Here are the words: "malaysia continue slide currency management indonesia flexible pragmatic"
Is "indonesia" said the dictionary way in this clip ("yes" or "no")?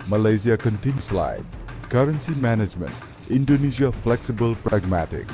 no